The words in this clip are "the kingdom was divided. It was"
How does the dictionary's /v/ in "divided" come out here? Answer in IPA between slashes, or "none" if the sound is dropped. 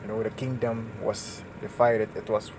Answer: /f/